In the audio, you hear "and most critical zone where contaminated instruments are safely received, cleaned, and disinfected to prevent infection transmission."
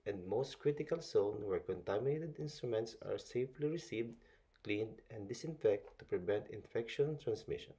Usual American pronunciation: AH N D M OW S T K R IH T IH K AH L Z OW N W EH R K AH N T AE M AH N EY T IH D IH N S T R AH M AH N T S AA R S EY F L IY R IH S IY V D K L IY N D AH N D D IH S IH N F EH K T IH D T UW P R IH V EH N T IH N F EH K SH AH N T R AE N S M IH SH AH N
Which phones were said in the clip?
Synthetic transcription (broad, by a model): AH N D M OW S T K R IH T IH K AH L S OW N W EH R K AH N T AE M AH N EY T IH D IH N S T R AH M AH N T S AA R S EY F L IY R IH S IY V D K L IY N D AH N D D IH S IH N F EH K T T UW P R IH V EH N T IH N F EH K SH AH N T R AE N S M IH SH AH N